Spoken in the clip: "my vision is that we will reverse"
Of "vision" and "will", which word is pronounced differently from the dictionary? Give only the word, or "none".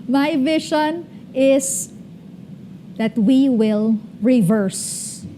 vision